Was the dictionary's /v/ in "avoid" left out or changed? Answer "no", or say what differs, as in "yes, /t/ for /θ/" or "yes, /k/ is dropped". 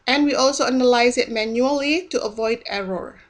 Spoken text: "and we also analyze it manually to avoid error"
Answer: no